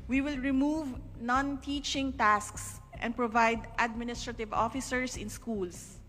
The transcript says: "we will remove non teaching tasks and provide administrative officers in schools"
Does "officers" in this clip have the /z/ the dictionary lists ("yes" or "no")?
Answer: no